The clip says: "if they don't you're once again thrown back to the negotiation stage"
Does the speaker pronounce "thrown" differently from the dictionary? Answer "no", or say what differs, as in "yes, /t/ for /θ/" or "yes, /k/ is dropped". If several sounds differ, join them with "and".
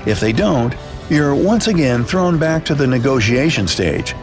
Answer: no